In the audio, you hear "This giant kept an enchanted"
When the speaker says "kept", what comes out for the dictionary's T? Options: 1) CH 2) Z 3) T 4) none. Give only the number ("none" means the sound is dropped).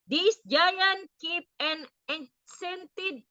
4